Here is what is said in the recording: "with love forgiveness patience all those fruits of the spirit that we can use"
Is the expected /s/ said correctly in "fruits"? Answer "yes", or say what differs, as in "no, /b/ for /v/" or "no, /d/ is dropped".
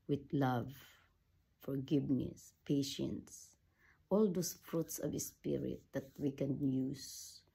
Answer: yes